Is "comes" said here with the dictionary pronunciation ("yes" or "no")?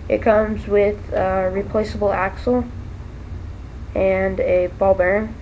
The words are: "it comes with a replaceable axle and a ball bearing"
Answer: yes